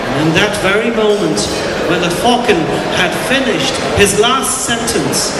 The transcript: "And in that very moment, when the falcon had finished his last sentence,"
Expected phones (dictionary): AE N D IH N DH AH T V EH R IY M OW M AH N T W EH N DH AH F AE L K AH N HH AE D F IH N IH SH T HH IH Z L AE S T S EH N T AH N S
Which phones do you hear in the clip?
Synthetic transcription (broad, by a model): IH N DH AH T V EH R IY M OW M AH N T W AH N DH AH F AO K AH N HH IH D F IH N IH SH T HH IH Z L AE S T S EH N T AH N S